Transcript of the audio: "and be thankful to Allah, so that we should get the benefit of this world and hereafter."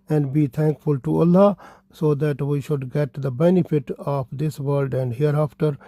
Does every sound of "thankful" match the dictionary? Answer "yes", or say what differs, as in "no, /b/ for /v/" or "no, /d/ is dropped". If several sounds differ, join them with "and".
no, /t/ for /θ/